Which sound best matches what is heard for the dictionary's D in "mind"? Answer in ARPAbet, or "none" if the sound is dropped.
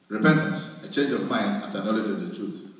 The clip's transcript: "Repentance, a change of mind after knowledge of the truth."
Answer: D